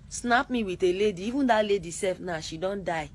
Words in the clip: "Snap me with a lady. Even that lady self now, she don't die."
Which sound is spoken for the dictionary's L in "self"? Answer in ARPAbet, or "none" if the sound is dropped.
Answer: none